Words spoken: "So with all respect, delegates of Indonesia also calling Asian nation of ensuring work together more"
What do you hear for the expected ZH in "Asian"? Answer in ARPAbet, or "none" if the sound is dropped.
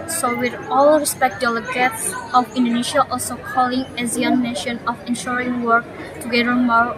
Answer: Z